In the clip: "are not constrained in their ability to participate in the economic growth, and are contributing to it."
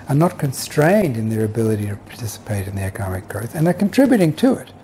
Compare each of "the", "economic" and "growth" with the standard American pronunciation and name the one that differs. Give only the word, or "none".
none